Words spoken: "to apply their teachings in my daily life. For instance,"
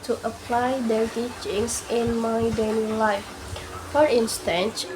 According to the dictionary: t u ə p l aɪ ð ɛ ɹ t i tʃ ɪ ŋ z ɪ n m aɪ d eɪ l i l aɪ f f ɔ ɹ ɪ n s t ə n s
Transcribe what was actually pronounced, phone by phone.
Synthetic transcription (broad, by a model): t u ə p l aɪ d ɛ l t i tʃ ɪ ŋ s ɪ n m aɪ d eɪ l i l aɪ f f ɔ ɹ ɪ n s t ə n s